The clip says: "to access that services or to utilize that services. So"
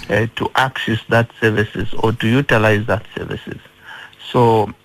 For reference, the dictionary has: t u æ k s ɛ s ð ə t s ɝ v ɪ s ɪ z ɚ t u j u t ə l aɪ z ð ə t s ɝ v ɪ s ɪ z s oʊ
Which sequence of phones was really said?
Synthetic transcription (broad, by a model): t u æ k s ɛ s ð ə t s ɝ v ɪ s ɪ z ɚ t u j u t ə l aɪ z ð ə t s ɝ v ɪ s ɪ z s oʊ